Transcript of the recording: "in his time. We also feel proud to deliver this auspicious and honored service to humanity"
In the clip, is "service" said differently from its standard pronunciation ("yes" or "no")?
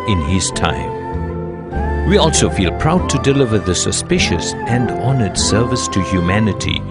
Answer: no